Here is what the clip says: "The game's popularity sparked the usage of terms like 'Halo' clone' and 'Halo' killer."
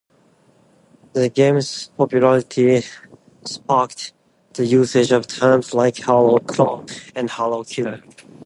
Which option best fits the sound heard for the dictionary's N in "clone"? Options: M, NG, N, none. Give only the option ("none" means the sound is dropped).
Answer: none